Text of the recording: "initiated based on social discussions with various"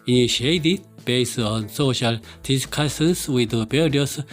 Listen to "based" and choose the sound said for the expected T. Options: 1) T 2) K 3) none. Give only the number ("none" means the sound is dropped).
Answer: 3